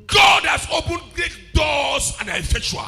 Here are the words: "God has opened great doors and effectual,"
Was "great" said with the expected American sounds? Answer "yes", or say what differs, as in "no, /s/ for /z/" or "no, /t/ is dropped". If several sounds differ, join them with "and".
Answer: no, /ɹ/ is dropped